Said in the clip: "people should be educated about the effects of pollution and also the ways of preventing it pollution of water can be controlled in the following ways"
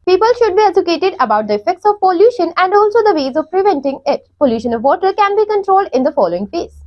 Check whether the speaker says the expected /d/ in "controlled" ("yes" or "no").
yes